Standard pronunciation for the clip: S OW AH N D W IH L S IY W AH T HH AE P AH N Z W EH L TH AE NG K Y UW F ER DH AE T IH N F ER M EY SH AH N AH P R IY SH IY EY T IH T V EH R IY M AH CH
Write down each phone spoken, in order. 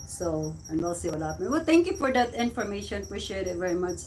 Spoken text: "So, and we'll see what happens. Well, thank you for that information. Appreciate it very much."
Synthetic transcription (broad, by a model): S OW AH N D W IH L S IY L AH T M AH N W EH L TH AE NG K Y UW F ER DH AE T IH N F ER M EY SH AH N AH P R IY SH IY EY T IH T V EH R IY M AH CH